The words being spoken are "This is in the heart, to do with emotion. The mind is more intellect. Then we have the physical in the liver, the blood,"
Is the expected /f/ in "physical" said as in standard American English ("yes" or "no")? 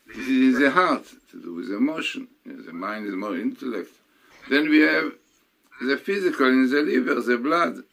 yes